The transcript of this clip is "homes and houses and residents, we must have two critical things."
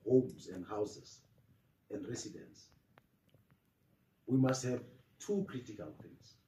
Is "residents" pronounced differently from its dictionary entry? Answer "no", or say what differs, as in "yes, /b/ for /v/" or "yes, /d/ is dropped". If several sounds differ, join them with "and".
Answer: yes, /s/ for /z/